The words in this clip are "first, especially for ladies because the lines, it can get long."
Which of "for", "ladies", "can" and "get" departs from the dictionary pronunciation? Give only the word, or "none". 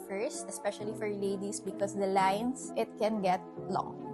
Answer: ladies